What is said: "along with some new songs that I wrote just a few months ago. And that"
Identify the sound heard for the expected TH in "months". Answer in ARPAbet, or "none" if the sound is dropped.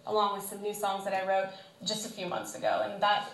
TH